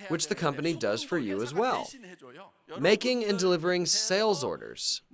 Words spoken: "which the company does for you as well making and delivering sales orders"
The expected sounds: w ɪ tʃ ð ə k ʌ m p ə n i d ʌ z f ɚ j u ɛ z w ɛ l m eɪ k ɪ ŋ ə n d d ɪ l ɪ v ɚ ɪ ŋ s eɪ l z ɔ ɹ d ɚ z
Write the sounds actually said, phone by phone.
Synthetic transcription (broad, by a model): w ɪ tʃ ð ə k ʌ m p ə n i d ʌ z f ɚ j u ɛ z w ɛ l m eɪ k ɪ ŋ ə n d d ɪ l ɪ v ɚ ɪ ŋ s eɪ l z ɔ ɹ d ɚ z